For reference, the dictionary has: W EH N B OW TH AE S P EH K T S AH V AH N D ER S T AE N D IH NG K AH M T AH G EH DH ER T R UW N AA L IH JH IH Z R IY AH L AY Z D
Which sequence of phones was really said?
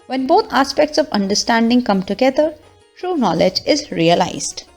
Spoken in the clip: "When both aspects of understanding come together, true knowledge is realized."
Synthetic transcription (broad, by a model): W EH N B OW T AE S P EH K T S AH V AH N D ER S T AE N D IH NG K AH M T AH G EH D ER T R UW N AA L IH JH IH Z R IY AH L AY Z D